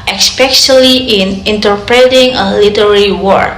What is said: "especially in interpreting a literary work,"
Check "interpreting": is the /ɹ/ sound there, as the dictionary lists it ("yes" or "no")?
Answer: yes